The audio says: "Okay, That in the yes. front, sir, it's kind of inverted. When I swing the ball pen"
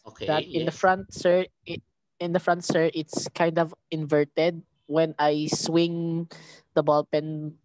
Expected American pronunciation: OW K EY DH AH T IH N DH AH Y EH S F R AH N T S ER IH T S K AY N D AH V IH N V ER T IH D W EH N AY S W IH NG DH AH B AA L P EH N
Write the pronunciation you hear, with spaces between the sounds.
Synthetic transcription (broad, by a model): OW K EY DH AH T IH N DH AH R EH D F R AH N T S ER IH T S K AY N D AH V IH N V ER T IH D W EH N AY S W IH NG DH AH B AA L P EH N